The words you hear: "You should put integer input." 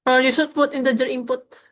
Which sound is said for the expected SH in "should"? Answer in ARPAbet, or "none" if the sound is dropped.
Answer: S